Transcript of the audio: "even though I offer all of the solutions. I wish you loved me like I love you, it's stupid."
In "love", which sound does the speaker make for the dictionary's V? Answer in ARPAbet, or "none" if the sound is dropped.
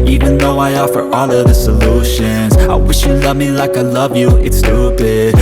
V